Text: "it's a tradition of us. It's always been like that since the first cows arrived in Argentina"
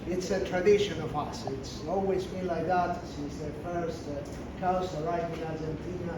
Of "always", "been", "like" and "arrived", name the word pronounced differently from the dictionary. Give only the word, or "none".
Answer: arrived